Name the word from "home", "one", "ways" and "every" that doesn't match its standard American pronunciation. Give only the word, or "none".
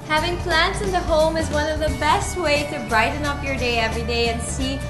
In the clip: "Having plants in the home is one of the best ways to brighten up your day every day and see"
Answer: ways